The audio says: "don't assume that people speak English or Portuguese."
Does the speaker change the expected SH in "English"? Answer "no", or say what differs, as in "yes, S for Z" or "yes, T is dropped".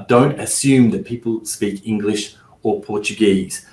no